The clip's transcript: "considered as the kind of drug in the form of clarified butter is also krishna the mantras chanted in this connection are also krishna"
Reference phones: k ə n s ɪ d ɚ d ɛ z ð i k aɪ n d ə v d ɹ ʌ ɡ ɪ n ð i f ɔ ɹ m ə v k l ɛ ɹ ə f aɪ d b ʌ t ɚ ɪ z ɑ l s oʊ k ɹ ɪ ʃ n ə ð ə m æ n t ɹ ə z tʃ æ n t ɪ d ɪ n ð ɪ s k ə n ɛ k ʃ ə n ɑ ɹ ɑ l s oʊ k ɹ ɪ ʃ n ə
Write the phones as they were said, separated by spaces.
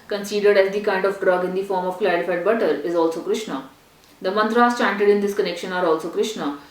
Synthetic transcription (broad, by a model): k ə n s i d ɚ d ɛ z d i k aɪ n d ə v d ɹ ʌ ɡ ɪ n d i f ɔ ɹ m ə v k l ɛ ɹ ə f aɪ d b ʌ t ɚ ɪ z ɑ l s oʊ k ɹ ɪ ʃ n ə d ə m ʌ n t ɹ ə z tʃ æ n t ɪ d ɪ n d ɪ s k ə n ɛ k ʃ ə n ɑ ɹ ɑ l s oʊ k ɹ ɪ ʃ n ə